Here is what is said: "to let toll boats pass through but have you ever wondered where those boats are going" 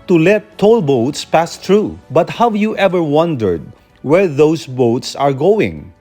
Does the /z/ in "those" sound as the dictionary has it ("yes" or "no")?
no